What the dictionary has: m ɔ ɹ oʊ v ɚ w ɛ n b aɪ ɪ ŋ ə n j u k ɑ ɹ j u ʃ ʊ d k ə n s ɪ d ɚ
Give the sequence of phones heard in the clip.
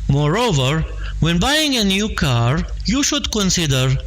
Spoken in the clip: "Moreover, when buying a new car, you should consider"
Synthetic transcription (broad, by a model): m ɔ ɹ oʊ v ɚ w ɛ n b aɪ ɪ ŋ ə n j u k ɑ ɹ j u ʃ ʊ d k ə n s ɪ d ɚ